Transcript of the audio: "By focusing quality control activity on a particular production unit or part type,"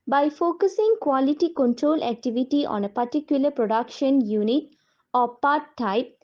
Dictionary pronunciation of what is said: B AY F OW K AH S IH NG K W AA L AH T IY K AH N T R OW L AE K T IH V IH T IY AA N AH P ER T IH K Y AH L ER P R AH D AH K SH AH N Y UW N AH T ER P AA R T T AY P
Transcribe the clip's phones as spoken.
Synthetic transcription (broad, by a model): B AY F OW K AH S IH NG K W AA L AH T IY K AH N T R OW L AE K T IH V IH T IY AA N AH P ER T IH K Y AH L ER P R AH D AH K SH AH N Y UW N AH T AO P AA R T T AY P